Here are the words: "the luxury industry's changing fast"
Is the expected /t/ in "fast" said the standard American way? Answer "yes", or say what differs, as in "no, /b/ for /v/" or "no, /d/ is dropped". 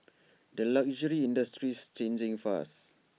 no, /t/ is dropped